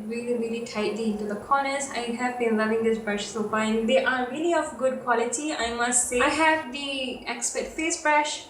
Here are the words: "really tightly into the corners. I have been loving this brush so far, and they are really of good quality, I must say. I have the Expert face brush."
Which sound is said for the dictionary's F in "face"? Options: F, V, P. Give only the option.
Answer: F